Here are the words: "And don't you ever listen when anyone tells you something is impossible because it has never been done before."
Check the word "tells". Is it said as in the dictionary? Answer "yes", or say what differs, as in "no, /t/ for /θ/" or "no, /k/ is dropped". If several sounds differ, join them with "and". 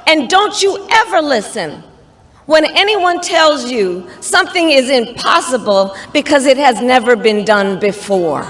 yes